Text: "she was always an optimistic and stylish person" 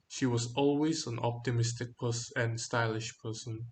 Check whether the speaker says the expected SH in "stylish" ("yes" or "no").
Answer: yes